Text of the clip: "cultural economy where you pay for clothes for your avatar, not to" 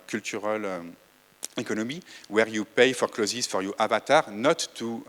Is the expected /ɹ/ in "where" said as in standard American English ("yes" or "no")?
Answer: yes